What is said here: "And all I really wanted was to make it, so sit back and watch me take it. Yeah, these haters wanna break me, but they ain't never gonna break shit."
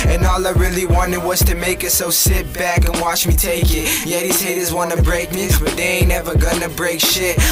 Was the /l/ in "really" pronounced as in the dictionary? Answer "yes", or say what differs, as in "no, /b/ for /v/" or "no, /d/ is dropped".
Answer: yes